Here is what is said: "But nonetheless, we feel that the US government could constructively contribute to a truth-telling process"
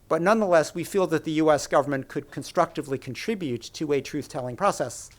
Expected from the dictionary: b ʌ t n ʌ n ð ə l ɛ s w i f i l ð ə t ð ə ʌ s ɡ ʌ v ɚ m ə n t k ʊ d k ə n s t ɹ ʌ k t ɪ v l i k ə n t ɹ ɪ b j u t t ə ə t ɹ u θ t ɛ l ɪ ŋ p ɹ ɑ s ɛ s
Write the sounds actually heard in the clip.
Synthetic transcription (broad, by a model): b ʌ t n ʌ n ð ə l ɛ s w i f i l ð ə t ð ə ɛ s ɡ ʌ v ɚ m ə n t k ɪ d k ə n s t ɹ ʌ k t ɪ v l i k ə n t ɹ ɪ b j u t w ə ə t ɹ u θ t ɛ l ɪ ŋ p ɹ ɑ s ɛ s